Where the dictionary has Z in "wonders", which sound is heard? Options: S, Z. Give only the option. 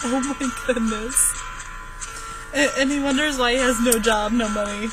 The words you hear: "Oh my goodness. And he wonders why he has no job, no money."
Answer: Z